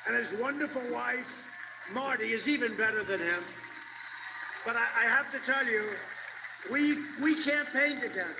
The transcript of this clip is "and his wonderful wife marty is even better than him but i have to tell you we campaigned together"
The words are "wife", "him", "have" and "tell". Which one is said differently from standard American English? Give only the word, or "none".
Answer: have